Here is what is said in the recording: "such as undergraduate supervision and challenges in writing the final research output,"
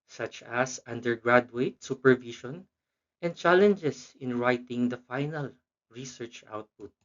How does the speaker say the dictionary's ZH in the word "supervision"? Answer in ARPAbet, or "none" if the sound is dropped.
SH